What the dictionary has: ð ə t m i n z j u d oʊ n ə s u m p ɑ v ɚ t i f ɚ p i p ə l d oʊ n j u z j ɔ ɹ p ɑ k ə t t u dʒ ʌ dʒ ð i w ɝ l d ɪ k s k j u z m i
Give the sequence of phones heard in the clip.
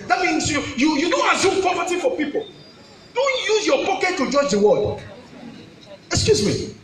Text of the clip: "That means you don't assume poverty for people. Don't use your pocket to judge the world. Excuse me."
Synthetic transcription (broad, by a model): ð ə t m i n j j u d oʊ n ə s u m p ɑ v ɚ t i f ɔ p i p ə l d oʊ n j u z j ɔ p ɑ k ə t t u dʒ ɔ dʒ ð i w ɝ d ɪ k s k j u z m i